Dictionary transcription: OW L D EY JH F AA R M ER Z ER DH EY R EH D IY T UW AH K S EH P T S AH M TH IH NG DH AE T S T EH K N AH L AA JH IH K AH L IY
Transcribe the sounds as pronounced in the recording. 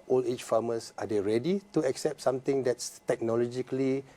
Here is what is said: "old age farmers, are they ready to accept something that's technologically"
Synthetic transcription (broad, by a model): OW L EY CH F AA M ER S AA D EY R EH D IY T UW AH K S EH P T S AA M T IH NG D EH T S T EH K N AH L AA JH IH K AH L IY